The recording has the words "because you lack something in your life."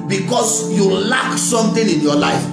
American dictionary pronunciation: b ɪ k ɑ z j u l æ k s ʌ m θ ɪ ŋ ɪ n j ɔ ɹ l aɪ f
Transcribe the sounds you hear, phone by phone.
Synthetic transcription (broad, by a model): b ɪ k ɑ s j u l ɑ k s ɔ m t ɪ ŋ ɪ n j ɔ l aɪ f